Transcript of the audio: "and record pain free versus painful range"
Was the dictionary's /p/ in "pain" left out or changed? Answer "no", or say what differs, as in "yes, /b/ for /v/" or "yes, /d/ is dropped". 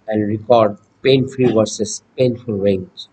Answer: no